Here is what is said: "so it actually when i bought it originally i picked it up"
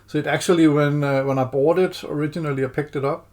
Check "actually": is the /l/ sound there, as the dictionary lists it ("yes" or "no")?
no